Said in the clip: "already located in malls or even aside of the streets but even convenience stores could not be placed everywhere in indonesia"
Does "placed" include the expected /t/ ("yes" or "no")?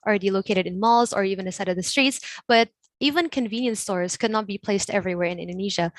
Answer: yes